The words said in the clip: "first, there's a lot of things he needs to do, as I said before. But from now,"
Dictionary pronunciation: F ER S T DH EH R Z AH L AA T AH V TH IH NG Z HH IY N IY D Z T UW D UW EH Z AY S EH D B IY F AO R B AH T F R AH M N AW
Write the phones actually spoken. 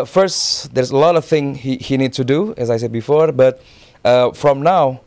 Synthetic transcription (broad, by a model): F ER S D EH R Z AH L AA T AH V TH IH NG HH HH IY N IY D T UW D UW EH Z AY S EH D B IY F AO R B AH T F R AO M N AW